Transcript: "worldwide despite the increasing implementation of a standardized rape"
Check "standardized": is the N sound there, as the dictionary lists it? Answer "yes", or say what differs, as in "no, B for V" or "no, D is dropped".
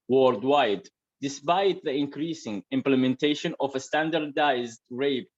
yes